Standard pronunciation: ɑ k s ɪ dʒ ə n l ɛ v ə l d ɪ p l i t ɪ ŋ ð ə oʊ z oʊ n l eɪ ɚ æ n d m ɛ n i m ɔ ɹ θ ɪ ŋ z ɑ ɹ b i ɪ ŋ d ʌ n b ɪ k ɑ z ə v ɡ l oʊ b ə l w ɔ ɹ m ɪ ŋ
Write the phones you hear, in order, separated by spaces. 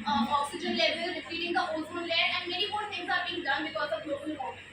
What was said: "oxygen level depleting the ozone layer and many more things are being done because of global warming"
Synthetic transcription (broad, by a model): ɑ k s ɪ dʒ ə n l ɛ v ə l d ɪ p i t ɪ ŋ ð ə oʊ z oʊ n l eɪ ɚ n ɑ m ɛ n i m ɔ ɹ t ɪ ŋ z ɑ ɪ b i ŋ d ʌ n b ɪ k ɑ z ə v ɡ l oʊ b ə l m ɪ